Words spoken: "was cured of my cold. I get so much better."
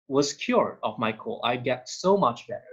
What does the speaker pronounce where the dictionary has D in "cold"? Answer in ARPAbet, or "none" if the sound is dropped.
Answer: none